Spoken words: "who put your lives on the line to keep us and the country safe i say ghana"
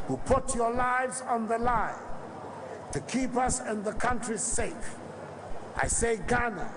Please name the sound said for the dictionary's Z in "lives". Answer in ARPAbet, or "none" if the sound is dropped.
Z